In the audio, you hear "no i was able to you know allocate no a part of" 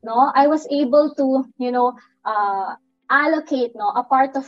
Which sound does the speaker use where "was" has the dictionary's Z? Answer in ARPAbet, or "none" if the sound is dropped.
S